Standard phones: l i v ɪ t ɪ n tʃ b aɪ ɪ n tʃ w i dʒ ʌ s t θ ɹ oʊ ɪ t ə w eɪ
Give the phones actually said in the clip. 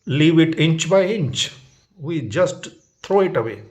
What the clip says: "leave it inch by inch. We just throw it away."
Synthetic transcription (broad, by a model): l i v ɪ t ɪ n tʃ b aɪ ɪ n tʃ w i dʒ ʌ s t t ɹ oʊ ɪ t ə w eɪ